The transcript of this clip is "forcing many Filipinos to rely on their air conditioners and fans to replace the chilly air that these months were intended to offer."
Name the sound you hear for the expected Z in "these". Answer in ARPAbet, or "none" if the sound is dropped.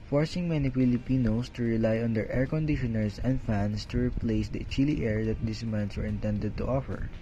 S